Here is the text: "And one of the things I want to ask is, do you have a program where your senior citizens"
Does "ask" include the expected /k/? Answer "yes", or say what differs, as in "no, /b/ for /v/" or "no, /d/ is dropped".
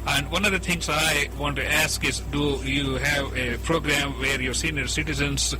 yes